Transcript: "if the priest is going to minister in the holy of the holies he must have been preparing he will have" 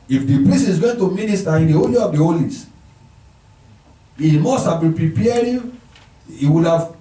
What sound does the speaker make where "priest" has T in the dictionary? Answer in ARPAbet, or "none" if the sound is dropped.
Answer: none